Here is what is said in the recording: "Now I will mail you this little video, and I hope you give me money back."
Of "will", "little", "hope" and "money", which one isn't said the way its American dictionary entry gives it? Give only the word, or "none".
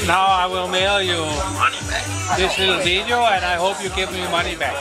little